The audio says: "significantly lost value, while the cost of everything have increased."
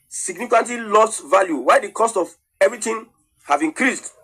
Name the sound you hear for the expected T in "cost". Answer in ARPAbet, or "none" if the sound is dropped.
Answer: T